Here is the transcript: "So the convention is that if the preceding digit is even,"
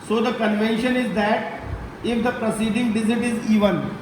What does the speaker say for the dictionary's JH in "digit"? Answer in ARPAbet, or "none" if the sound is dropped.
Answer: Z